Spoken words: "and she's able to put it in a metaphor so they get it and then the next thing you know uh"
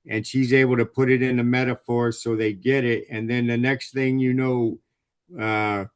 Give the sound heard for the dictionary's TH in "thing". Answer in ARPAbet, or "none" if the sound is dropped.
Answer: TH